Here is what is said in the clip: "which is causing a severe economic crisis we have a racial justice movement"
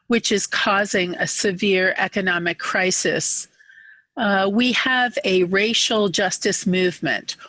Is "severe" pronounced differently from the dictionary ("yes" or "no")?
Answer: no